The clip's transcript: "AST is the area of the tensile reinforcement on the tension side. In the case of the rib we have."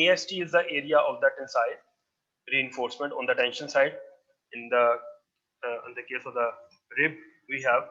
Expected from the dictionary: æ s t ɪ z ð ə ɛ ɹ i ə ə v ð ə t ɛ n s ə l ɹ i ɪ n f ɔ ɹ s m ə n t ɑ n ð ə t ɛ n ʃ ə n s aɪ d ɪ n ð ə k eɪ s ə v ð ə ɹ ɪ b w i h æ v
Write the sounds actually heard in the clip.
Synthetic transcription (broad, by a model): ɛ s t ɪ z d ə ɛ ɹ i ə ə v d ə t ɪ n s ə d ɹ i ɪ n f ɔ ɹ s m ə n t ɑ n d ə t ɛ n ʃ ə n s aɪ d ɪ n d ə k eɪ s ə v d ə ɹ ɪ b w i h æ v